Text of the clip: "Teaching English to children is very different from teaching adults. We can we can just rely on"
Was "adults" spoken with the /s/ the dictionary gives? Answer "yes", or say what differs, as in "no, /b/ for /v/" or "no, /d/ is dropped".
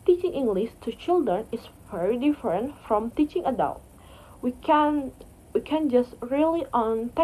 no, /s/ is dropped